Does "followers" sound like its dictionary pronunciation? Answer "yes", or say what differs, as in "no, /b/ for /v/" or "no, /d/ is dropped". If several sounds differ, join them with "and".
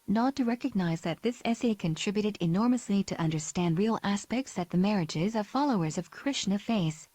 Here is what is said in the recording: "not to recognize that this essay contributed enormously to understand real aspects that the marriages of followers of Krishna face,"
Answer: yes